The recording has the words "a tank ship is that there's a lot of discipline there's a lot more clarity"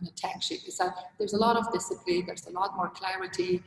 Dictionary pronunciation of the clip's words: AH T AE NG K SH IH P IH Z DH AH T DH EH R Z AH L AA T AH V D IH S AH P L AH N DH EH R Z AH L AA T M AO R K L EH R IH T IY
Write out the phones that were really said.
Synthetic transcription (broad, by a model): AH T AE K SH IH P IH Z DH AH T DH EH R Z AH L AA T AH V D IH S AH P L AH N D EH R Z AH L AA T M AO R K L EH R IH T IY